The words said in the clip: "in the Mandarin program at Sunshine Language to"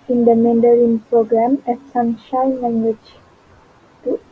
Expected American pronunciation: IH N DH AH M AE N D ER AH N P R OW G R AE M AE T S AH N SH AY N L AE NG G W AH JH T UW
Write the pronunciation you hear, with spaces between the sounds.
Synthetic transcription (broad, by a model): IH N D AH M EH N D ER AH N P R OW G R AE M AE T S AH N SH AY N L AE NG G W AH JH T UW